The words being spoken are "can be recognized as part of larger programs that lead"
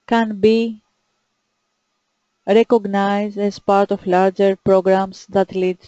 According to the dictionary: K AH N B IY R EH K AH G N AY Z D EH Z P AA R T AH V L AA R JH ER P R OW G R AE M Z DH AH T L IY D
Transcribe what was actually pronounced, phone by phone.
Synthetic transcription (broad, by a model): K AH N B IY R EH K AH G N AY Z D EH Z P AA R T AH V L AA R JH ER P R OW G R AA M S DH AH T L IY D